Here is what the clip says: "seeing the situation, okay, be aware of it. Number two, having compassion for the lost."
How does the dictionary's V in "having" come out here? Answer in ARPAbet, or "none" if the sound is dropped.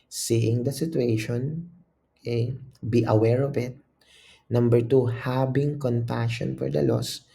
B